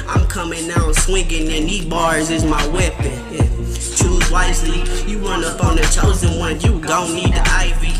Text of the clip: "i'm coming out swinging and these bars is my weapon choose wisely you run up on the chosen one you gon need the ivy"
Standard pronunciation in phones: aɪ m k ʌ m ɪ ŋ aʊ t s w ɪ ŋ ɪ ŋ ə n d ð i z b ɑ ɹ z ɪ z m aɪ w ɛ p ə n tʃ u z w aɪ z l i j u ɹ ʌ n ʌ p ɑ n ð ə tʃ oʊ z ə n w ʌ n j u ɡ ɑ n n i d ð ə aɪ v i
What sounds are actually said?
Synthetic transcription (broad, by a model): aɪ m k ʌ m ɪ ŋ aʊ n s w ɪ ŋ ɪ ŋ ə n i b ɑ ɹ z ɪ z m aɪ w ɛ p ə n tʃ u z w aɪ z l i j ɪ ɹ ʌ n ʌ p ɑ n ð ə tʃ oʊ z ə n w ʌ n j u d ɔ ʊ n i d ð ə aɪ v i